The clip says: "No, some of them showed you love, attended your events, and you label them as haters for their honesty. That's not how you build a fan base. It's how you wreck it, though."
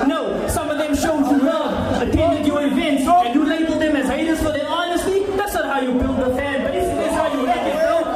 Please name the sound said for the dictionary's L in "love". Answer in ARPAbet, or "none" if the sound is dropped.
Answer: W